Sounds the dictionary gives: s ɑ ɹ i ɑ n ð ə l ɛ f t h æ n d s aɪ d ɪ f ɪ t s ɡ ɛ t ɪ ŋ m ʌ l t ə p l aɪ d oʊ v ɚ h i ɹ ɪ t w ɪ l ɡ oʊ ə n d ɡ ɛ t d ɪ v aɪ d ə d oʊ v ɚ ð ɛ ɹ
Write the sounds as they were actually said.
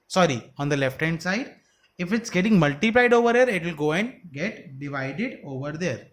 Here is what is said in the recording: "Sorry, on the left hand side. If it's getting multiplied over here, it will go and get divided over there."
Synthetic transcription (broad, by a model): s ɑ ɹ i ɑ n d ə l ɛ f t h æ n d s aɪ d ɪ f ɪ t s ɡ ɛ t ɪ ŋ m ʌ l t ə p l aɪ d oʊ v ɚ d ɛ ɹ ɪ t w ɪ l ɡ oʊ ə n d ɡ ɛ t d ɪ v aɪ d ə d oʊ v ɚ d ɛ ɹ